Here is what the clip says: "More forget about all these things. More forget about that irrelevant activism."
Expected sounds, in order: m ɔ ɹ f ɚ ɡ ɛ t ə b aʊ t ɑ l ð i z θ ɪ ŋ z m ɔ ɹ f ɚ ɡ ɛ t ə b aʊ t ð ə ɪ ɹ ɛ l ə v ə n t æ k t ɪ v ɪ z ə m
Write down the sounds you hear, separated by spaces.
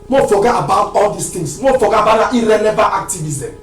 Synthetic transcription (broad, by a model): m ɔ f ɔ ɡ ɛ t ə b aʊ t ɑ l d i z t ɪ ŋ s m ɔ f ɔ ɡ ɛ ə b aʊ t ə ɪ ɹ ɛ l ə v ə t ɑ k t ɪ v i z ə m